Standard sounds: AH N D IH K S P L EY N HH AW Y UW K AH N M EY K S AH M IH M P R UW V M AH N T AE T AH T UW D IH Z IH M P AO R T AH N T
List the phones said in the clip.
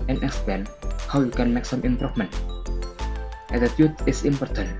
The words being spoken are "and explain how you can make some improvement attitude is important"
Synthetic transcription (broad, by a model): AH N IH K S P EY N HH AW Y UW K AH N M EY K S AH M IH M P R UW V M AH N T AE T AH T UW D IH S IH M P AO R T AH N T